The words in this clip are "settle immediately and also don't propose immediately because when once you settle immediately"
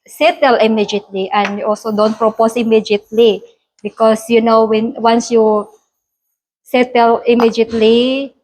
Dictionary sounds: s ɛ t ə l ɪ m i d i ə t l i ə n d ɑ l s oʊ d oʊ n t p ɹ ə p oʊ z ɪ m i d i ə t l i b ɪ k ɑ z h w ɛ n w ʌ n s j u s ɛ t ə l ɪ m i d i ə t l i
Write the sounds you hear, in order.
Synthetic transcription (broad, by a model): s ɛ t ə l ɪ m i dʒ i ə t l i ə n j ɑ l s oʊ d oʊ n t p ɹ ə p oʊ s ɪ m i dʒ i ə t l i b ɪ k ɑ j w w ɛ n w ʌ n s j u s ɛ t ə l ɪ m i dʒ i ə t l i